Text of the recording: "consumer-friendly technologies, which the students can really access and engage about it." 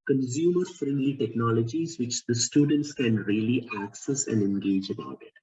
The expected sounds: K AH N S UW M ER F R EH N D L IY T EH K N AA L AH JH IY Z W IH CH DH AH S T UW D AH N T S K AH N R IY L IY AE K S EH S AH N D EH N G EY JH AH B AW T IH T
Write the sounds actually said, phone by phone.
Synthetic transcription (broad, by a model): K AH N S UW M ER F R EH N D L IY T EH K N AA L AH JH IY Z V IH CH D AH S T UW D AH N T S K AH N R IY L IY AE K S EH S AH N D EH N G EY JH AH B AW T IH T